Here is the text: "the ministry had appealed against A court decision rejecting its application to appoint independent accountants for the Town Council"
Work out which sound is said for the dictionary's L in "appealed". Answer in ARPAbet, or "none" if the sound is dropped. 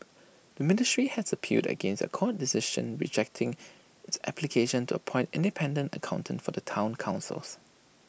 none